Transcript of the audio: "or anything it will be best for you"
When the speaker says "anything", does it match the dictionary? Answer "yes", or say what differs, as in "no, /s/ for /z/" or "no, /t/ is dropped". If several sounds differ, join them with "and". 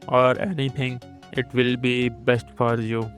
no, /t/ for /θ/